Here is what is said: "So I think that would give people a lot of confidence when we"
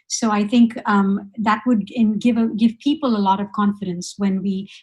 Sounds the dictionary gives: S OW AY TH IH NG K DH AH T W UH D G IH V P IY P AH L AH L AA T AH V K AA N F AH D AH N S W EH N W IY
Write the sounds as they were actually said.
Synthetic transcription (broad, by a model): S OW AY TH IH NG K DH AH T W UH D G IH V P IY P AH L AH L AA T AH V K AA N F AH D AH N S W EH N W IY